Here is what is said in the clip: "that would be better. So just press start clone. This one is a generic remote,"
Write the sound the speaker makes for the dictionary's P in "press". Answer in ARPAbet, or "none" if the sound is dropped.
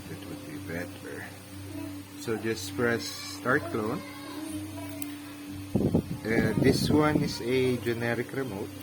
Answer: F